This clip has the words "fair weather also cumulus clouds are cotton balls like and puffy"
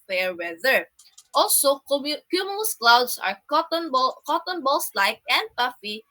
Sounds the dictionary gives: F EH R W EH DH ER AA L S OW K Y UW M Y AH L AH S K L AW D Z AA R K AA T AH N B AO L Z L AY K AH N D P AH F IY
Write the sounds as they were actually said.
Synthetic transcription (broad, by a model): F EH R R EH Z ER AA L S OW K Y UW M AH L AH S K L AW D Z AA R K AA T AH N B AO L S L AY K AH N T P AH F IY